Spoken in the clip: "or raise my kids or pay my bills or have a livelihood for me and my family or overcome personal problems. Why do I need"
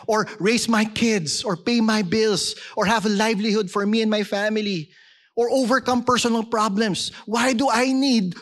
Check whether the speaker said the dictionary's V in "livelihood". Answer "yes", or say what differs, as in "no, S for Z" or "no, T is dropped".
yes